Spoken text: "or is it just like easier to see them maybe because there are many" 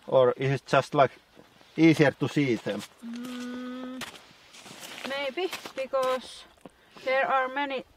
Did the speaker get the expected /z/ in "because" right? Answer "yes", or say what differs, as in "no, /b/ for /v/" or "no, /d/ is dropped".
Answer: no, /s/ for /z/